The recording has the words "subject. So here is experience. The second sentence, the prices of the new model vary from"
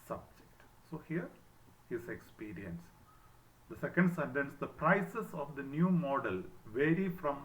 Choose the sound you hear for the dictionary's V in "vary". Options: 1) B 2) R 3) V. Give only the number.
3